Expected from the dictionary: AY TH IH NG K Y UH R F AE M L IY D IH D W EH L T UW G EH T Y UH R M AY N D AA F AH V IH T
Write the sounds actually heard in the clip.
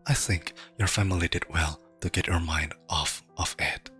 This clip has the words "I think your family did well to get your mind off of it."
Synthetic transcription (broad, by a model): AY TH IH NG K Y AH R F AE M L IY D IH D W EH L T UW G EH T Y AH R M AY N D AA F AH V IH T